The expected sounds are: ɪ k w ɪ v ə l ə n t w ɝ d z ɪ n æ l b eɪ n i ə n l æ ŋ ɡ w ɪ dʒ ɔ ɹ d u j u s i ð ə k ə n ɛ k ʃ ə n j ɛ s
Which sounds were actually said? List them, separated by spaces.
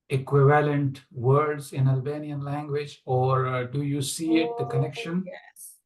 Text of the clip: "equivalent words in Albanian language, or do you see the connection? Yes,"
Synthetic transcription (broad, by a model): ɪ k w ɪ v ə l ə n t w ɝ d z ɪ n æ l b eɪ n i ə n l æ ŋ ɡ w ɪ dʒ ɔ ɹ d u j u s i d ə k ə n ɛ k ʃ ə n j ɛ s